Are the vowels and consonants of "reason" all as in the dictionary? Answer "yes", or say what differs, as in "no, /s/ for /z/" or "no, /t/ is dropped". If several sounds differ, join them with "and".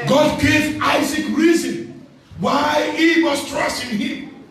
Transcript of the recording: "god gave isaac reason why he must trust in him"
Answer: yes